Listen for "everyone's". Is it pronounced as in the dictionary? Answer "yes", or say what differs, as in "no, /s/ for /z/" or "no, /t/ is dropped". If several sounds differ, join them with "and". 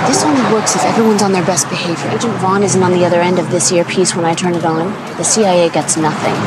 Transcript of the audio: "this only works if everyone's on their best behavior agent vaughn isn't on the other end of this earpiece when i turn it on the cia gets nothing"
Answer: yes